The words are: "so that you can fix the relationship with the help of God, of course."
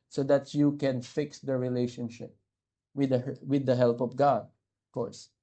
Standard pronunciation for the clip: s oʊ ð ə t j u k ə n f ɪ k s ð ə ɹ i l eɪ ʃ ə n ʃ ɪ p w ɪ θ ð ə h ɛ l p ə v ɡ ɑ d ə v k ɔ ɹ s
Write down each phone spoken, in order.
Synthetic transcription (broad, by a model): s oʊ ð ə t j u k ə n f ɪ k s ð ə ɹ i l eɪ ʃ ə n ʃ ɪ p w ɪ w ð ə h ɛ l p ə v ɡ ɑ d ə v k ɔ ɹ s